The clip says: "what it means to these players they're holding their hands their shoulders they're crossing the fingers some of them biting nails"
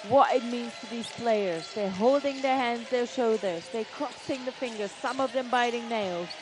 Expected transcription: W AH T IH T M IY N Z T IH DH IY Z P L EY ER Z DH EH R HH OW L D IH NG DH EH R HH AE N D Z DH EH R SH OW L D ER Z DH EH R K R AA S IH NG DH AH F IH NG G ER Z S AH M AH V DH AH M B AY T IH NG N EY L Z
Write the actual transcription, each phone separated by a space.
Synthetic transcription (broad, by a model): W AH T IH T M IY N Z T IH DH IY Z P L EY ER Z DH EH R HH OW L D IH NG DH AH R HH AE N D Z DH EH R SH OW D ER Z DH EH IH K R AA S IH NG DH AH F IH NG G ER Z S AH M AH V DH AH M B AY T IH NG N EY L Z